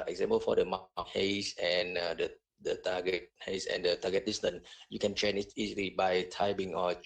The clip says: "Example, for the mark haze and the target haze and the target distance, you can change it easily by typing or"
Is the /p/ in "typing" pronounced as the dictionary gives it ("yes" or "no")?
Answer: no